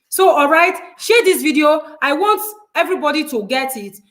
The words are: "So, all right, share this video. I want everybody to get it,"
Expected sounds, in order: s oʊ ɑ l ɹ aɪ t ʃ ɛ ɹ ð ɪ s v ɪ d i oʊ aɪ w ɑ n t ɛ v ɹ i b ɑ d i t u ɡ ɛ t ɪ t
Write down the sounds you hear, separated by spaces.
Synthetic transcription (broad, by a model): s oʊ ɑ l ɹ aɪ t ʃ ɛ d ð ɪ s v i d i oʊ aɪ w ɑ n t ɛ v ɹ i b ɑ d i t u ɡ ɛ t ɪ t